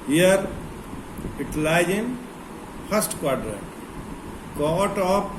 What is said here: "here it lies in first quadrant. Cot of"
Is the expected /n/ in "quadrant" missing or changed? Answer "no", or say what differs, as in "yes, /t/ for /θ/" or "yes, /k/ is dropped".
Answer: yes, /n/ is dropped